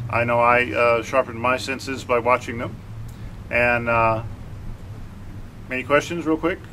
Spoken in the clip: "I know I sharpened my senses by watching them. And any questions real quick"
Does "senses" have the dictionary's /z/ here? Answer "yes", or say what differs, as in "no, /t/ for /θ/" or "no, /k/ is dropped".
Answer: yes